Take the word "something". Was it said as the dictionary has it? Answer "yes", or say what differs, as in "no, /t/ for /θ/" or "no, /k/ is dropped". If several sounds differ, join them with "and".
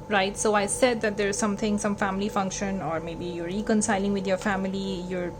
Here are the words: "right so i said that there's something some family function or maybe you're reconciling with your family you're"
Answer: no, /t/ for /θ/